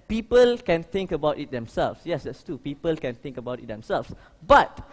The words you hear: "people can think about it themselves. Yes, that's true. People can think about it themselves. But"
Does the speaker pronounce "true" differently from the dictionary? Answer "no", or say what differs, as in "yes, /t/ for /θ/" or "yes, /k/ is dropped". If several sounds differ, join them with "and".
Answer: yes, /ɹ/ is dropped